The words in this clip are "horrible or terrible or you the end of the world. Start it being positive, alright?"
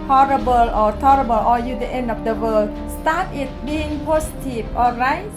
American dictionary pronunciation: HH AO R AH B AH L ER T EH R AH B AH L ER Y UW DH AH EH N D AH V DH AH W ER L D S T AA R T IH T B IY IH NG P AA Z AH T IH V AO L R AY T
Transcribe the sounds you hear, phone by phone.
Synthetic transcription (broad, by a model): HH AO R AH B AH L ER T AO R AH B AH L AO Y UW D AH EH N D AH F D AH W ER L S T AA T IH T B IY IH NG P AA S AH T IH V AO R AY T